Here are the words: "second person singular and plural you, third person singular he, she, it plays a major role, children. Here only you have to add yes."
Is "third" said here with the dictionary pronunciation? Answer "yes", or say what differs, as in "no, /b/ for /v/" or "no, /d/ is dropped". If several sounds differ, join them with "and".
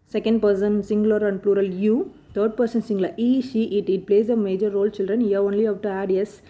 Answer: no, /t/ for /θ/